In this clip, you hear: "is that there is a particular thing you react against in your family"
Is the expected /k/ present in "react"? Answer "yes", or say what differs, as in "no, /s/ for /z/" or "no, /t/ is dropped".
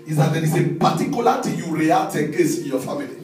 no, /k/ is dropped